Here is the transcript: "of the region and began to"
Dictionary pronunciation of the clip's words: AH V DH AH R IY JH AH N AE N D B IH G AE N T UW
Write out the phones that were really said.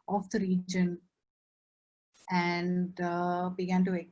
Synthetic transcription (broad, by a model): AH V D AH R IY JH AH N AE N D B IH G AE N T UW